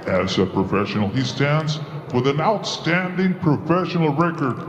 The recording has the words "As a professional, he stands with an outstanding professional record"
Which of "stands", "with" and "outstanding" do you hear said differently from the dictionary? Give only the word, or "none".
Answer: none